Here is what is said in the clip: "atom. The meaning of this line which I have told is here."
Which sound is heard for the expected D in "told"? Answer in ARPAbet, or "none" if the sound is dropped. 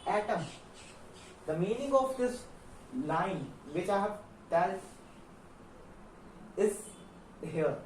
none